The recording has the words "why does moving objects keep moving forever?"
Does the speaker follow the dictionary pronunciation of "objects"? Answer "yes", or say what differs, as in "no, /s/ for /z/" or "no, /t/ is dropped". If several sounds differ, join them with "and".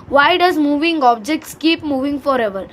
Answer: yes